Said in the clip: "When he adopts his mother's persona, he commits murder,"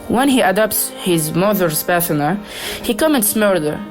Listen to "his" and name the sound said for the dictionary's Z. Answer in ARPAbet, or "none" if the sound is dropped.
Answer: Z